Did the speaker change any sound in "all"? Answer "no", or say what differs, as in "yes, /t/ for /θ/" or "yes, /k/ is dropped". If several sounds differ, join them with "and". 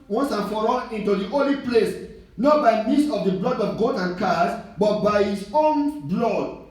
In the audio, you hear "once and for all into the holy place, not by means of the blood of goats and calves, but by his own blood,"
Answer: yes, /n/ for /l/